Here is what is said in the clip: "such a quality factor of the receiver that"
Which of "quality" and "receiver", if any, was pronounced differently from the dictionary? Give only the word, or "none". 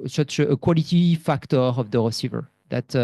none